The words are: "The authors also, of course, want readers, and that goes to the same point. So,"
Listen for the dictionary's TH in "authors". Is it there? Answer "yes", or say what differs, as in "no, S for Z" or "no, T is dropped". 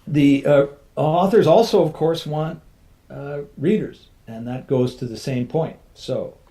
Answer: yes